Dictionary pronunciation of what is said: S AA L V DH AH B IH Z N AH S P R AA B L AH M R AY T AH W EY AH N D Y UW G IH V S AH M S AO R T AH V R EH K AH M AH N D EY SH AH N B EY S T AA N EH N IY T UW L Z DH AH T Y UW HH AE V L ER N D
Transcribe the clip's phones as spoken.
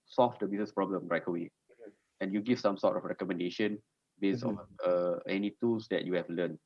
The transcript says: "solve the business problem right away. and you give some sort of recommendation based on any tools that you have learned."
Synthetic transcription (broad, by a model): S AA L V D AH B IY S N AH S P R AA B L AH M R AY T AH W EY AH N Y UW G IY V S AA M S AO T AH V R EH K AH M AH N D EY SH AH N B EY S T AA N EH N IY T UW L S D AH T Y UW HH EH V L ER N